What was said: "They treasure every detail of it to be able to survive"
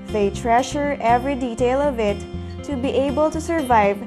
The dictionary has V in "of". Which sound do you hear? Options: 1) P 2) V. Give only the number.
2